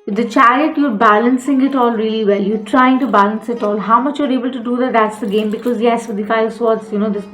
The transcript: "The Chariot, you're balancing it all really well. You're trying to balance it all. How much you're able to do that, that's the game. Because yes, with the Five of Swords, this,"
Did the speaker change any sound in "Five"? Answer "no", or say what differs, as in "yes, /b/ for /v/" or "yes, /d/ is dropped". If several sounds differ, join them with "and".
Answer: yes, /v/ is dropped